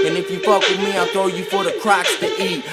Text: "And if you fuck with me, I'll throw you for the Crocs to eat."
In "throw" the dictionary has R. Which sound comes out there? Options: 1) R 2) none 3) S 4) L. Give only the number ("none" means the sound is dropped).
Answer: 2